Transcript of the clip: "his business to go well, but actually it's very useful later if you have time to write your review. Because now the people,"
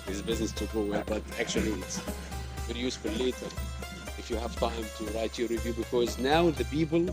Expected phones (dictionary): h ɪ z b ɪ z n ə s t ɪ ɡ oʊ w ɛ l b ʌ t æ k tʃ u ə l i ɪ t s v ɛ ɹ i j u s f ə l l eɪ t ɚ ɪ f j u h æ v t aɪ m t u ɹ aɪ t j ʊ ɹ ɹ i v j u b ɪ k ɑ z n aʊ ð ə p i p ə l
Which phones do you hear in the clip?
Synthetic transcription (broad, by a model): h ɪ z b ɪ z n ə s t ɪ ɡ oʊ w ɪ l b ʌ t æ k tʃ u ə l i ɪ t s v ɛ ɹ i j u s f ə l l eɪ t ɚ ɪ f j u h æ v t aɪ m t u ɹ aɪ t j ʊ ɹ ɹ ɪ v j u b ɪ k ɑ z n aʊ ð ə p i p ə l